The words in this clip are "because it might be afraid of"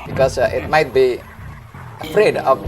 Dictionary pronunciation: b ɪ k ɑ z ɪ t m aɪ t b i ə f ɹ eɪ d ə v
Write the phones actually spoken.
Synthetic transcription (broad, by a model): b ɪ k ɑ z ɪ t m aɪ t b i ə f ɹ eɪ d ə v